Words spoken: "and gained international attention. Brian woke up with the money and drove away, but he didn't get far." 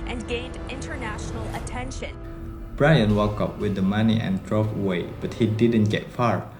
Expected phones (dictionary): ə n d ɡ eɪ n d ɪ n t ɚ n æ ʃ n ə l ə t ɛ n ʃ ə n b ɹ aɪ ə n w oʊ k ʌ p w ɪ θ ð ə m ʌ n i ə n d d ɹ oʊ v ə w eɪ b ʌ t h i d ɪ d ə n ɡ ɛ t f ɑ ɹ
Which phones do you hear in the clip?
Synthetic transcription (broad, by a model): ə n ɡ eɪ n d ɪ n t ɚ n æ ʃ n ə l ə t ɛ n ʃ ə n b ɹ aɪ ə n w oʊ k ʌ p w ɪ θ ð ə m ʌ n i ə n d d ɹ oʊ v ə w eɪ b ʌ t h i d ɪ d ə n ɡ ɛ t f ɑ ɹ